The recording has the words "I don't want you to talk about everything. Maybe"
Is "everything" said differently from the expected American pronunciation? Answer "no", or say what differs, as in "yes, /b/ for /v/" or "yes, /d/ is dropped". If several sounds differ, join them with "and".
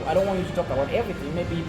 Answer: no